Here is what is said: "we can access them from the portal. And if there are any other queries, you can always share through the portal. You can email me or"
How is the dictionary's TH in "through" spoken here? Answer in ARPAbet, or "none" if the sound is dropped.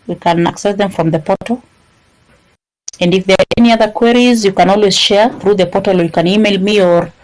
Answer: TH